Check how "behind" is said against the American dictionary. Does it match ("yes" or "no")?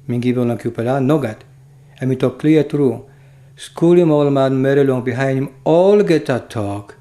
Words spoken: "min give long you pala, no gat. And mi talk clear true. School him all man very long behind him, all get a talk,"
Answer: no